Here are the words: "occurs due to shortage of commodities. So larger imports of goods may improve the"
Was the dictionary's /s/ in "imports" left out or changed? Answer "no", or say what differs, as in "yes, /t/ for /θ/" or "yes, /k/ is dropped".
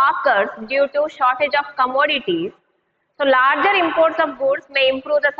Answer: no